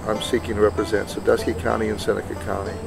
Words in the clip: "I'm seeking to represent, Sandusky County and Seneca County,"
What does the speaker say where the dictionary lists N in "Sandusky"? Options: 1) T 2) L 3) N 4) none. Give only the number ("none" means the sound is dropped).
4